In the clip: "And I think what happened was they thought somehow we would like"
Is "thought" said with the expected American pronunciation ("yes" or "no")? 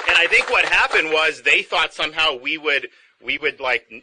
yes